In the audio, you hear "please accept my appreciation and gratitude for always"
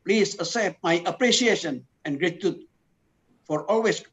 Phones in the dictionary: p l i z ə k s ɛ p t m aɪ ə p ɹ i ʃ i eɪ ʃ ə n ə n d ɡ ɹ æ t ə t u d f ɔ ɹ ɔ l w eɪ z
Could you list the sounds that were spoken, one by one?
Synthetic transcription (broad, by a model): p l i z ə s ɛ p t m aɪ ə p ɹ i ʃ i eɪ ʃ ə n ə n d ɡ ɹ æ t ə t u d f ɔ ɹ ɔ l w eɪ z